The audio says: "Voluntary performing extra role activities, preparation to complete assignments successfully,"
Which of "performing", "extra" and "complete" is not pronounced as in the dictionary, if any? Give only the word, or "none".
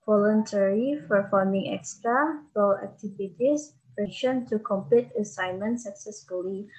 performing